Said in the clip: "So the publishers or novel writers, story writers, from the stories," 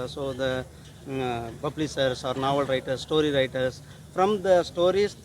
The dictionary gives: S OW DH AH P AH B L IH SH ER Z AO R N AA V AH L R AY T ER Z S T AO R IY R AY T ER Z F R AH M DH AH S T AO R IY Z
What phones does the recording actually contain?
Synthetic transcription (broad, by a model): S OW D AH B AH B L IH S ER S AO R N AA V AH L R AY T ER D S T AO R IY R AY T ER S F R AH M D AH S T AO R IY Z